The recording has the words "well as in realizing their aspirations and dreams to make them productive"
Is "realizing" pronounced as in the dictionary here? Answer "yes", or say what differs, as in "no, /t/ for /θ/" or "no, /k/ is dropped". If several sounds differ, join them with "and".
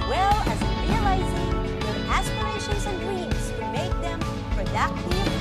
yes